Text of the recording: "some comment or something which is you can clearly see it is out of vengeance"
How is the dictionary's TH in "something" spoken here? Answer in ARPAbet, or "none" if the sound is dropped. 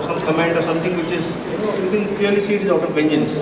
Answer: T